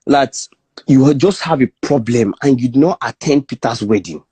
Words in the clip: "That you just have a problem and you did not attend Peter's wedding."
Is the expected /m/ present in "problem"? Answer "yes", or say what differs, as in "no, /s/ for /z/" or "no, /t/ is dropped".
yes